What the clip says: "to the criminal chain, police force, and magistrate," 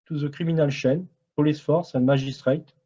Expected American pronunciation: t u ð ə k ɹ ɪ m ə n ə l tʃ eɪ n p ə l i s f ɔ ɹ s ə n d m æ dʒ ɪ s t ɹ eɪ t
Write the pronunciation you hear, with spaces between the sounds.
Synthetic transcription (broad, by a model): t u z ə k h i m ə n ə l ʃ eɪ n p ə l i s f ɔ ɹ s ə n m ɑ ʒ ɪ s t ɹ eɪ t